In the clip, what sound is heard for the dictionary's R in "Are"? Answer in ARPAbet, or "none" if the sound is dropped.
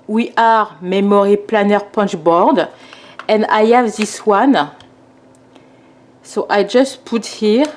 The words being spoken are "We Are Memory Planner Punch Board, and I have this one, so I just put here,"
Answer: R